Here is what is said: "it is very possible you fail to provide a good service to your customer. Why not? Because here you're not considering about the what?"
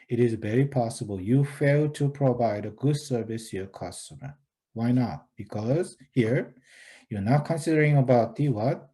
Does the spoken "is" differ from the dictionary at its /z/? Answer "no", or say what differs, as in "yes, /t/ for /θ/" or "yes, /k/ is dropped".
no